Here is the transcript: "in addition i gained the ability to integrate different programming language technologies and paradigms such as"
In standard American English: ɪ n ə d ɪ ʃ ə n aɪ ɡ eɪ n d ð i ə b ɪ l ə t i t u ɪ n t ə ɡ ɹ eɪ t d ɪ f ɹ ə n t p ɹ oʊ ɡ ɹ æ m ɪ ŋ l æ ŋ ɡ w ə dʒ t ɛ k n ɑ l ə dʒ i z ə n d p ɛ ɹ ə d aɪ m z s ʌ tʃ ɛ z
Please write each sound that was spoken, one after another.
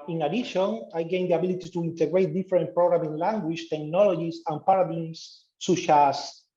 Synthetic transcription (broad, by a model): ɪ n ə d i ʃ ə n aɪ ɡ eɪ n d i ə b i l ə t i t u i n t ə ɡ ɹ eɪ t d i f ɹ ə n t p ɹ oʊ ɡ ɹ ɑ m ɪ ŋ l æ ŋ ɡ w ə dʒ t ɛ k n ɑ l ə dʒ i s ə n p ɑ ɹ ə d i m s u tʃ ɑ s